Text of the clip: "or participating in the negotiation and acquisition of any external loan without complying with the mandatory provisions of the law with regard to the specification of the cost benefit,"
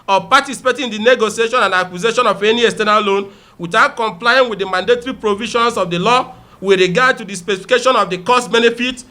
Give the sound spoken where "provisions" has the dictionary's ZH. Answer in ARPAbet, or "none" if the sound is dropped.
SH